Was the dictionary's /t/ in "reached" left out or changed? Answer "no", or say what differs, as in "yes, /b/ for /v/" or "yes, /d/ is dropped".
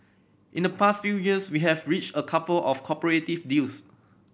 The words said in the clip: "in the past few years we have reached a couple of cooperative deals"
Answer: no